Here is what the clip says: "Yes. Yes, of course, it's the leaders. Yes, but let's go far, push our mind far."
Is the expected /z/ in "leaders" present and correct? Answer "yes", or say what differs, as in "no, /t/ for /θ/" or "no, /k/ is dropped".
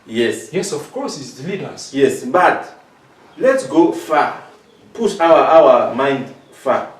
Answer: no, /s/ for /z/